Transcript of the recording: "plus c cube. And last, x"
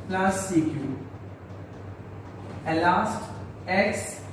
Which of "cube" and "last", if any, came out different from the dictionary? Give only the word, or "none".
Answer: cube